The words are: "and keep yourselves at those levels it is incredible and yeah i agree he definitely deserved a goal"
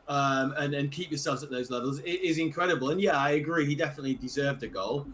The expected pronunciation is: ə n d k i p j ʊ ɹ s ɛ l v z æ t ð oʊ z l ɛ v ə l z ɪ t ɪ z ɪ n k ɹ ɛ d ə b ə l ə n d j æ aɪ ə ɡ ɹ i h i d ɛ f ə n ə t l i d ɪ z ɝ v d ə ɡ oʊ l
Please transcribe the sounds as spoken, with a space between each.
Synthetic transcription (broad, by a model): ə n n k i p j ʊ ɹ s ɛ l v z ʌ t ð oʊ z l ɛ v ə l z ɪ t ɪ z ɪ n k ɹ ɛ d ə b ə l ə n j æ aɪ ə ɡ ɹ i h i d ɛ f ə n ə t l i d ɪ z ɝ v d ə ɡ oʊ l